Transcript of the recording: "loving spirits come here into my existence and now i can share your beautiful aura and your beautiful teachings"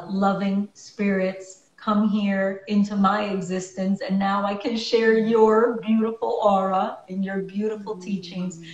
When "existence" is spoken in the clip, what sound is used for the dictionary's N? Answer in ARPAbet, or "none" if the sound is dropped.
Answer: N